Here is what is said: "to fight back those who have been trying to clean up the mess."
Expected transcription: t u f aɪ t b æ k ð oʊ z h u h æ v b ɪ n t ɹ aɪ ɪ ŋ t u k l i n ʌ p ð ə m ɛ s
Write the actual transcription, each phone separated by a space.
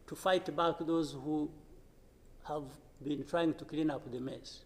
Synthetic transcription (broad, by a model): t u f aɪ t b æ k ð oʊ z h u h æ v b ɪ n t ɹ aɪ ɪ ŋ t u k l i n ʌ p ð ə m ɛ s